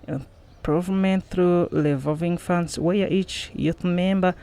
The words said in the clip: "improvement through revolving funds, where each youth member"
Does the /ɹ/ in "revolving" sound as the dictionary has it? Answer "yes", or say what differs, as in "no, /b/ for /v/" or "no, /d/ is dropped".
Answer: no, /l/ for /ɹ/